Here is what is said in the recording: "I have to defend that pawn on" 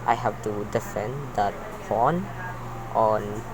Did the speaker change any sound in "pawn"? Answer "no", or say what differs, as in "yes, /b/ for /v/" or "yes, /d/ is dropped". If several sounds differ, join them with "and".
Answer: yes, /f/ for /p/